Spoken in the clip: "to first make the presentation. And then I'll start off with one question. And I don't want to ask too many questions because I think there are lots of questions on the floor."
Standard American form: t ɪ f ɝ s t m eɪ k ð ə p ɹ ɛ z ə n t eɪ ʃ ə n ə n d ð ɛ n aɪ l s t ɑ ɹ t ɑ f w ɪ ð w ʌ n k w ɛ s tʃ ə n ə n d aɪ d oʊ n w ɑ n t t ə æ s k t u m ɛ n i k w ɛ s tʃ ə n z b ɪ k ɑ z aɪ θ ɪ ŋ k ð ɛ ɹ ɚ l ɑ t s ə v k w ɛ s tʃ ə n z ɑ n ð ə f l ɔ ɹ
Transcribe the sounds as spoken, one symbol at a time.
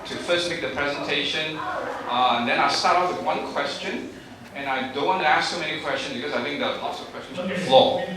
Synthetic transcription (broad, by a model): t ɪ f ɝ s t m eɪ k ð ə p ɹ ɛ z ə n t eɪ ʃ ə n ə n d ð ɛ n aɪ s t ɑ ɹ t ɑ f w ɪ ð w ʌ n k w ɛ s tʃ ə n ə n aɪ d oʊ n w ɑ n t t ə æ s k s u m ɛ n i k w ɛ s tʃ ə n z b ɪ k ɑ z aɪ θ ɪ ŋ k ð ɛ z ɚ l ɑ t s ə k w ɛ s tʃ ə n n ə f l ɔ